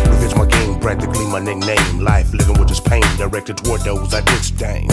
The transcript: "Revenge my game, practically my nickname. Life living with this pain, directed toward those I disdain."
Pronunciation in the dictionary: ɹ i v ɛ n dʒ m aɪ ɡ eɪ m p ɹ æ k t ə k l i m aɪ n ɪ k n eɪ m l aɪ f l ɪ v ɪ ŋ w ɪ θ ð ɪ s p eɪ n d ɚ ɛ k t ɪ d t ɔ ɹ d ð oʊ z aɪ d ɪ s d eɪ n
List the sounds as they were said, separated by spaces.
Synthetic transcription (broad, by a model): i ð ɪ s m aɪ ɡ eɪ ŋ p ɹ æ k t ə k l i m aɪ n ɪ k n eɪ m l aɪ f l ɪ v ɪ ŋ w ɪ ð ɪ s p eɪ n d ɚ ɛ k t ɪ d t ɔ ɹ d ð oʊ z aɪ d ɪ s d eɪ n